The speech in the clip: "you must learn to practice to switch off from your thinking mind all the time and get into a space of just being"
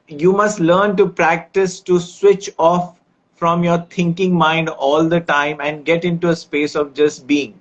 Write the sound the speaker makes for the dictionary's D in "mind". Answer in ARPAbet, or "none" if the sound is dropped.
D